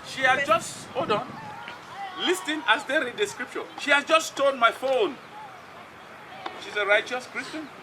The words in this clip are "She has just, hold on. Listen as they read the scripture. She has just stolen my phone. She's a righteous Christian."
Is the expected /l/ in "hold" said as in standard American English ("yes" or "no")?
no